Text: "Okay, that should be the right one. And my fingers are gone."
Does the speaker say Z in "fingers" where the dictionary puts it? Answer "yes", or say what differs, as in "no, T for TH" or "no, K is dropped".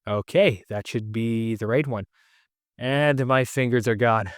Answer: yes